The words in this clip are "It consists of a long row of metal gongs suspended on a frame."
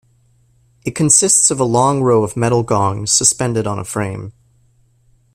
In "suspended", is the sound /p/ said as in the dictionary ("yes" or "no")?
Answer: yes